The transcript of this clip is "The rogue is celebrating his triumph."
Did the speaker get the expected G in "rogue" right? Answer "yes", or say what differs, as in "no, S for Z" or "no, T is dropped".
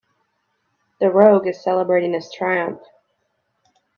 yes